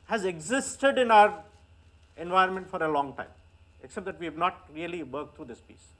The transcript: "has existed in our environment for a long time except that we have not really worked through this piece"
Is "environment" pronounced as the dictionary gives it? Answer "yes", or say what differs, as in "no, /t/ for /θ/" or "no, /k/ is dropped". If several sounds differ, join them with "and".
no, /ɹ/ is dropped